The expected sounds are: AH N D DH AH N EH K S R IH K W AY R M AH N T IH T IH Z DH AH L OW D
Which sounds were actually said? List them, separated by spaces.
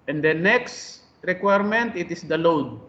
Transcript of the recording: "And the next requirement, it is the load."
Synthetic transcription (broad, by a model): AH N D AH N EH K S R IH K W AY R M AH N T IH T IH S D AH L OW D